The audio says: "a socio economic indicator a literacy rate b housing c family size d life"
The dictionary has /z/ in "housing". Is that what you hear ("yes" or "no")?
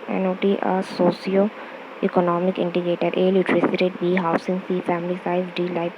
no